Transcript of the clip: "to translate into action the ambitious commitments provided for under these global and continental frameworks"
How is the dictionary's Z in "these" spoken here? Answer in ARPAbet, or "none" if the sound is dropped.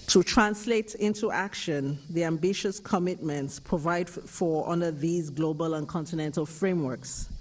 Z